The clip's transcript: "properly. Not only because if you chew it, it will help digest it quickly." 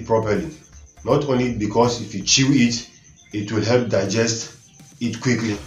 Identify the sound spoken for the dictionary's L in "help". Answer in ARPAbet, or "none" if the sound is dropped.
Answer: L